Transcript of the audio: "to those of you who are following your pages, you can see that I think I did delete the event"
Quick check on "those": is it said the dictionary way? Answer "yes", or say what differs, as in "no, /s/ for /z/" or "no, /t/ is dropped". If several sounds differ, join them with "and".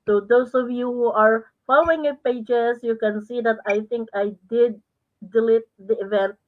no, /s/ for /z/